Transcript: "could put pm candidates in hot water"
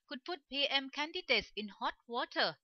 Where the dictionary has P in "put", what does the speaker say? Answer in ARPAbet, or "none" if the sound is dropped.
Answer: F